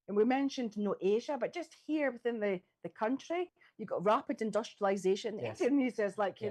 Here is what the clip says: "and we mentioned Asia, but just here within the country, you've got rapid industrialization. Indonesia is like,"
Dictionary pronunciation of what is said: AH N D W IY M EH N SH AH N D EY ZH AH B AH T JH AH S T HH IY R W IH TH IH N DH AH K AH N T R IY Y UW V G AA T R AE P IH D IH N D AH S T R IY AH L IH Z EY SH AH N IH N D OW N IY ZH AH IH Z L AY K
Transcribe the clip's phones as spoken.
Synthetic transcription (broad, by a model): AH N W IY M EH N SH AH N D EY ZH AH B AH T JH AH S T HH IY R W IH TH IH N DH AH K AH N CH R IY Y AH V G AA T R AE P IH D IH N D AH S T R IY AH L IH Z EY SH AH N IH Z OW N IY Z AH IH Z L AY K